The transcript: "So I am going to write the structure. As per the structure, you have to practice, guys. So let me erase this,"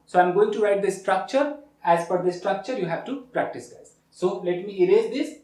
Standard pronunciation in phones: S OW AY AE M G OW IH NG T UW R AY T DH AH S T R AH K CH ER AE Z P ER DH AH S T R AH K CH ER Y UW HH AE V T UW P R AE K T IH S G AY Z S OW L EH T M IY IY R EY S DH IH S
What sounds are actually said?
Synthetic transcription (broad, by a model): S OW AY M G OW IH NG T UW R AY T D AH S T R AH K CH ER AE Z F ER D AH S T R AH K CH ER Y UW HH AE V T UW P R AE K T IH S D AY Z S OW L EH T M IY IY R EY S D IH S